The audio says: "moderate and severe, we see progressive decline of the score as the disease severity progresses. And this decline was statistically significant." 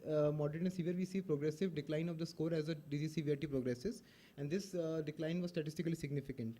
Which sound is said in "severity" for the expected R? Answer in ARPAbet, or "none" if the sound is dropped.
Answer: none